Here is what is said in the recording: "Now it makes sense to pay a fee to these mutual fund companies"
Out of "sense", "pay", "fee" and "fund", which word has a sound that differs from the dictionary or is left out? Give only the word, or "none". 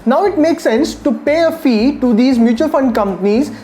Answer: none